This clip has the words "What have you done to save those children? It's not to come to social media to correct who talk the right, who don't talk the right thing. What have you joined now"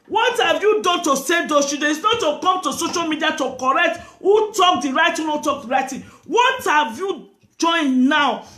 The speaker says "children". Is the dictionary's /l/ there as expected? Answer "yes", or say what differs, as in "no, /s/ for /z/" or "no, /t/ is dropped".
no, /l/ is dropped